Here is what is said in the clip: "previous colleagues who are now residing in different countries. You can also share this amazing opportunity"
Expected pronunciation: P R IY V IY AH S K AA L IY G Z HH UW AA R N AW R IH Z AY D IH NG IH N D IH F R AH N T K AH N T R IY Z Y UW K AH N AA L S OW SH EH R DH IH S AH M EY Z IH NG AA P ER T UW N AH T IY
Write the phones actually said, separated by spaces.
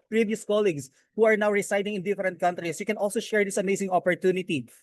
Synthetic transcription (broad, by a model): P R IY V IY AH S K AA L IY G S HH UW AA R N AW R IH S AY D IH NG IH N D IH F R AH N T K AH N T R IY S Y UW K AH N AA L S OW SH EH R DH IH S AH M EY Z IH NG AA P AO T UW N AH T IY